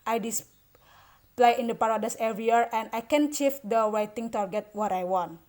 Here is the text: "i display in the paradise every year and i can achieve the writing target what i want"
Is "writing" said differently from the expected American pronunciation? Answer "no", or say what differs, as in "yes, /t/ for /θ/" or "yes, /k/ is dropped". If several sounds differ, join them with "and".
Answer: yes, /w/ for /ɹ/